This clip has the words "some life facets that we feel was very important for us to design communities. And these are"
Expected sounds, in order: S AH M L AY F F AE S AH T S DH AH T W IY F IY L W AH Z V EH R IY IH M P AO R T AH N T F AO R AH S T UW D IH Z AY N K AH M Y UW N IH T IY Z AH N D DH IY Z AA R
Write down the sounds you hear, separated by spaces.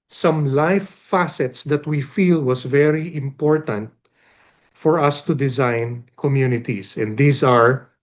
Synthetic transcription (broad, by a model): S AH M L AY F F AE S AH T S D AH T W IY F IY L W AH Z V EH R IY IH M P AO R T AH N T F AO R AH S T UW D IH Z AY N K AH M Y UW N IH T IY S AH N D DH IY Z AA R